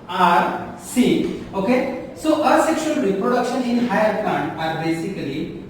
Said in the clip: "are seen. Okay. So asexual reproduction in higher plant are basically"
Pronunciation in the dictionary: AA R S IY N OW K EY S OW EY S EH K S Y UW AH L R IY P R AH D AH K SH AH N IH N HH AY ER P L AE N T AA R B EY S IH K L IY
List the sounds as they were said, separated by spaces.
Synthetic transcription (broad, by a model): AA R S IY OW K EY S OW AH S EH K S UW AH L R IY P R AH D AH K SH AH N IH N HH AY ER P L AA N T AA R B EY S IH K L IY